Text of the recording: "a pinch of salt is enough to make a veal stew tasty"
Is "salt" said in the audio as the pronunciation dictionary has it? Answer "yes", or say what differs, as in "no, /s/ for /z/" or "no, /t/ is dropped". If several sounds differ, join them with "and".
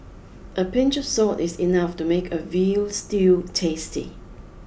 no, /l/ is dropped